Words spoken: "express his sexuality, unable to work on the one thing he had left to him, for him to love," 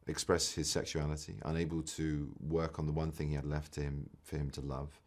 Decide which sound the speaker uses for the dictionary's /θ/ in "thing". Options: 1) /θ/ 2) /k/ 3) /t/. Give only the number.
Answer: 1